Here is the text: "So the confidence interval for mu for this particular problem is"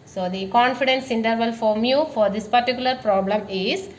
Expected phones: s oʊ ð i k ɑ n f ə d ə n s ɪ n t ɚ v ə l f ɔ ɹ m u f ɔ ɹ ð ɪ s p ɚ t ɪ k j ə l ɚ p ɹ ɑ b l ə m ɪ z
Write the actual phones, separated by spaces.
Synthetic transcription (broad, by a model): s oʊ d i k ɑ n f ə d ə n s ɪ n t ɚ v ə l f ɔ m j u f ɔ ɹ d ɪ s p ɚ t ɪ k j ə l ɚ p ɹ ɑ b l ə m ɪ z